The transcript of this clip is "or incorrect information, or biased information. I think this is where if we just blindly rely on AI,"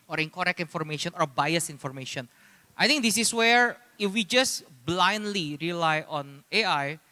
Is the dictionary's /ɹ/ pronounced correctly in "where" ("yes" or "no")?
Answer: yes